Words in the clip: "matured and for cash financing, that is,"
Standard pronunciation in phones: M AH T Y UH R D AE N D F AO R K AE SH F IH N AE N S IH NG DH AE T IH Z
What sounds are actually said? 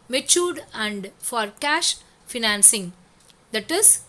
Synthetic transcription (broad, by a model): M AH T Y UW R D AE N D F AO R K AE SH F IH N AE N S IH NG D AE T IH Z